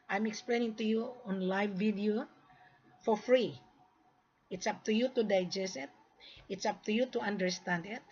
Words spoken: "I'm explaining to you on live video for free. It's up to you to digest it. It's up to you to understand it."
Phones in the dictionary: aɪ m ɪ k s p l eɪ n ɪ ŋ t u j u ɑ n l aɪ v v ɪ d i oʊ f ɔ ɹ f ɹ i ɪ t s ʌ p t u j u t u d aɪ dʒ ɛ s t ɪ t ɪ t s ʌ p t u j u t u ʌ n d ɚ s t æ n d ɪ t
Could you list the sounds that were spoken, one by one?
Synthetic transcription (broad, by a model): aɪ m ɪ k s p l eɪ n ɪ ŋ t u j u ɑ n l aɪ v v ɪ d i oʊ f ɔ ɹ f ɹ i ɪ t s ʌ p t u j u t u d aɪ dʒ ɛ s ɪ t ɪ t s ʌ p t u j u t u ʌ n d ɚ s t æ n d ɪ t